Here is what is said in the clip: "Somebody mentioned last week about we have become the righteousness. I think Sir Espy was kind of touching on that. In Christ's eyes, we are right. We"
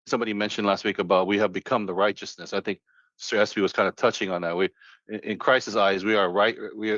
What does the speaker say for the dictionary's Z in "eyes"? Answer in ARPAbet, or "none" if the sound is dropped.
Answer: Z